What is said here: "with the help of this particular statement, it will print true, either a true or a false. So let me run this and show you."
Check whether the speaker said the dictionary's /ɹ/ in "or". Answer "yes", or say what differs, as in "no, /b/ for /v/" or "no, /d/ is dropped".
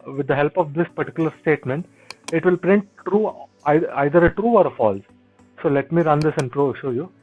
yes